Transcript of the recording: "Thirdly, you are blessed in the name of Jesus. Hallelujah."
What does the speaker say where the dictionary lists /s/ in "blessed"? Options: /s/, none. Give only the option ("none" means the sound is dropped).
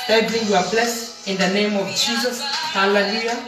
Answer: /s/